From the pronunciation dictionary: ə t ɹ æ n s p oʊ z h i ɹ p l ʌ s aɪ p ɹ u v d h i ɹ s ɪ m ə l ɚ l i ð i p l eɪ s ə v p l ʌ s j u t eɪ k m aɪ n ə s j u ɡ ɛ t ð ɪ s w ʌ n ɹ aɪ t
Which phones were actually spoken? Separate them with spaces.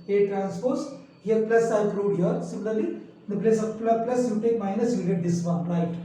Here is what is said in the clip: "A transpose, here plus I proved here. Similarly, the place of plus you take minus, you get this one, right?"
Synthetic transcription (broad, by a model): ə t ɹ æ n s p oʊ s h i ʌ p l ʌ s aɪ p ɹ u d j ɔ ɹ s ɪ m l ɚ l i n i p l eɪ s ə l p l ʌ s j u t eɪ k m aɪ n ə s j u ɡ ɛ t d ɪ s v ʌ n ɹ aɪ t